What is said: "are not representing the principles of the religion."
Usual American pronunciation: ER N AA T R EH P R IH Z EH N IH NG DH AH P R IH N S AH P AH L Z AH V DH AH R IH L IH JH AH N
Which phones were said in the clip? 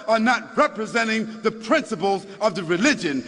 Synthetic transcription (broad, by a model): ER N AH T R EH P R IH Z EH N IH NG DH AH P R IH N S AH P AH L Z AH V DH AH R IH L IH JH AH N